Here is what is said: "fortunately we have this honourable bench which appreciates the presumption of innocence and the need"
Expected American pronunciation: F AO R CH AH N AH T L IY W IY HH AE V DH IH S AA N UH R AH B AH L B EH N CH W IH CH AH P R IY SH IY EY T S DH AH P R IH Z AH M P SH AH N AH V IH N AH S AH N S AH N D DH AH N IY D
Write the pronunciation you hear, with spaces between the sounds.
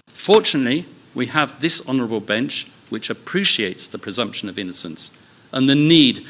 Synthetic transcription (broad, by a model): F AO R CH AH N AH T L IY W IY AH V DH IH S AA N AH R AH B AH L B EH N CH W IH CH AH P R IY SH IY EY T S DH AH P R IH Z AH M P SH AH N AH V IH N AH S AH N S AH N DH AH N IY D